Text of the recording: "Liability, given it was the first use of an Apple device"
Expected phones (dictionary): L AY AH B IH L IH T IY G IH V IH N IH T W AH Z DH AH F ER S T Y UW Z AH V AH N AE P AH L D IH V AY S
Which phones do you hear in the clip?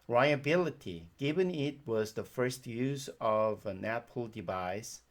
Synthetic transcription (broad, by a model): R AY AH B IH L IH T IY G IH V IH N IH T W AH Z DH AH F ER S T Y UW Z AH V AH N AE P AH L D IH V AY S